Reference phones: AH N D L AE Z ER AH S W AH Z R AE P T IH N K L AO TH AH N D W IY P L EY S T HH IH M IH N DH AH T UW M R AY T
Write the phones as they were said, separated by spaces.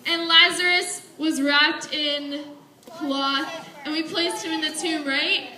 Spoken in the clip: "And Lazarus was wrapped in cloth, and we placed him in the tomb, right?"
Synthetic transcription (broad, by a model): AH N L AE Z ER AH S W AH Z R AE P T IH N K L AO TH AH N W IY P L EY S T HH IH M IH N DH AH T UW R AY T